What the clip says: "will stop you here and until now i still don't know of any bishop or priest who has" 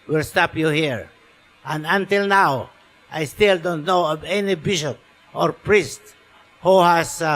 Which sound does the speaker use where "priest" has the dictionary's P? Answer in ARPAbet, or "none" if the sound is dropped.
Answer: P